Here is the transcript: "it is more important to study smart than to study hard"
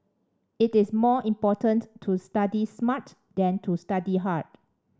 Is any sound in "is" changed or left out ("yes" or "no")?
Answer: yes